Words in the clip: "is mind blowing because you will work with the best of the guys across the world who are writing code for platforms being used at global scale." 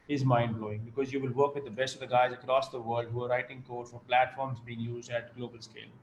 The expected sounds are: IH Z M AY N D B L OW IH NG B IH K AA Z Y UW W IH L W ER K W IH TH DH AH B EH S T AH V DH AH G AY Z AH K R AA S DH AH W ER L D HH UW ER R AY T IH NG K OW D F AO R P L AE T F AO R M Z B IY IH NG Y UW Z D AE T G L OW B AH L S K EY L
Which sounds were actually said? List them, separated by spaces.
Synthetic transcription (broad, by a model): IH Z M AY N D B L OW IH NG B IH K AA Z Y UW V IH L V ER K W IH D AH B EH S T AH V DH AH G AY Z AH K R AA S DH AH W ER L D HH UW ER R AY T IH NG K OW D F AO R P L AE T F AO R M Z B IY IH NG Y UW Z D AE T G L OW B AH L S K EY L